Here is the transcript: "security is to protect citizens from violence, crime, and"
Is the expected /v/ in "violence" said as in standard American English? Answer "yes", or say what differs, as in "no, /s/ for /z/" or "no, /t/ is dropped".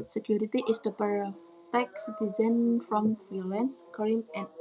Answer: no, /f/ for /v/